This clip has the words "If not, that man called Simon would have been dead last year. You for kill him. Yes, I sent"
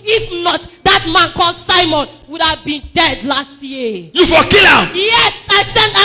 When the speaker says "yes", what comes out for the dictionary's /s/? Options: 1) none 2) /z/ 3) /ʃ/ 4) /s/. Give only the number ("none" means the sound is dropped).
4